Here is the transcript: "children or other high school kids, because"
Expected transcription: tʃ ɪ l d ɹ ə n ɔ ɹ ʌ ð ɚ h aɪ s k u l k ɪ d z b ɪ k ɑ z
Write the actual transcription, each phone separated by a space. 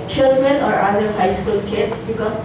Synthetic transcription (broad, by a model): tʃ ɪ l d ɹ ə n ɔ ɹ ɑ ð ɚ h aɪ s k u l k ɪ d s b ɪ k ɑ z